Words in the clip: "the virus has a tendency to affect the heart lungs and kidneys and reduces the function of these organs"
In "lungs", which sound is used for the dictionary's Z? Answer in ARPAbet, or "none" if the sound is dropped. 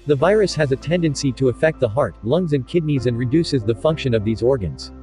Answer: Z